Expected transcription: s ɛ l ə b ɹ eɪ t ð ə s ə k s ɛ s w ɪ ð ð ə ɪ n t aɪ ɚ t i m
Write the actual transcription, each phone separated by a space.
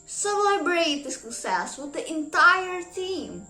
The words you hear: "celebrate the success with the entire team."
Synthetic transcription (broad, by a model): s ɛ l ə b ɹ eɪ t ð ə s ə s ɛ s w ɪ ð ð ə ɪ n t aɪ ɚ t i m